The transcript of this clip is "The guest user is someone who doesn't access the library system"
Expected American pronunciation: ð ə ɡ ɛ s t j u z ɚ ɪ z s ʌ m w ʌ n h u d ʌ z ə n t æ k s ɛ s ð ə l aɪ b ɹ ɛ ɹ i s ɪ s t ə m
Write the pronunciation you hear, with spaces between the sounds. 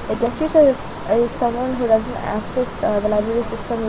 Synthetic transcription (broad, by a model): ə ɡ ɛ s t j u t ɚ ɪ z s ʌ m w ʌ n h u d ʌ z ə n t æ k s ɛ s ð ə l aɪ b ɹ ɛ ɹ i s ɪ s t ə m